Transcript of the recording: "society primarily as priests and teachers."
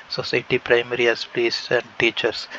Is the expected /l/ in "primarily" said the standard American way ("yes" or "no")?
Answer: no